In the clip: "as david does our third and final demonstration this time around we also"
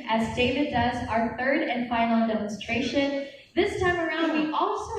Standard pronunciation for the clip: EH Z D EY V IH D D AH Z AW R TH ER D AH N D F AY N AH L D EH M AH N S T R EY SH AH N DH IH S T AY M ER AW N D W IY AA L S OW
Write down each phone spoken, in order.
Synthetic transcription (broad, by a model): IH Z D EY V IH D D AH Z AW R TH ER D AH N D F AY N L D EH M AH N S T R EY SH AH N DH IH S T AY M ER AW N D W IY AA L S OW